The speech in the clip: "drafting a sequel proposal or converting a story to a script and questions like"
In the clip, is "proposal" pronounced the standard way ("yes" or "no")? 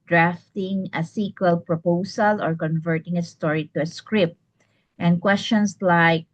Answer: no